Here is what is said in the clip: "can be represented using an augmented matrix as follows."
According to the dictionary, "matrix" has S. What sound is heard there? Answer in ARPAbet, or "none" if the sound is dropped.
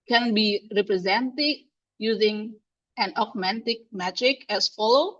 none